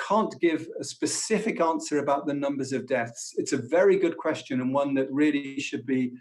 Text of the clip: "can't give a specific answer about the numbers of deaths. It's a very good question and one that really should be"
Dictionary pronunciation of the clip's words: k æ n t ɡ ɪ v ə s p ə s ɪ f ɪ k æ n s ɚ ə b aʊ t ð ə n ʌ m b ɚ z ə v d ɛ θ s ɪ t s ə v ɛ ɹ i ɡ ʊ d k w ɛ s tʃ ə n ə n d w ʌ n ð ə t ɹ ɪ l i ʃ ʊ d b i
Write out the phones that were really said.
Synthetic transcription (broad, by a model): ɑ n ɡ ɪ v ə s p ə s ɪ f ɪ k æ n s ɚ ə b aʊ t ð ə n ʌ m b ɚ z ə v d ɛ θ s ɪ t s ə v ɛ ɹ i ɡ ʊ d k w ɛ s tʃ ə n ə n w ʌ n ð ə t ɹ ɪ l i ʃ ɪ d b i